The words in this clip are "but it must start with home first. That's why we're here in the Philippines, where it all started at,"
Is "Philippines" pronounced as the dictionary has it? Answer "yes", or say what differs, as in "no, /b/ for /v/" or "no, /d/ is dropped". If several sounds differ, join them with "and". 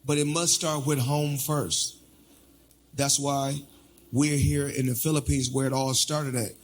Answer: yes